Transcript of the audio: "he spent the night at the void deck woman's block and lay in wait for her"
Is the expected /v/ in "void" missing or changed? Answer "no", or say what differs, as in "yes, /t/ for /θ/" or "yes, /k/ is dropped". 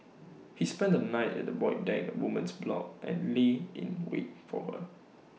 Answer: yes, /b/ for /v/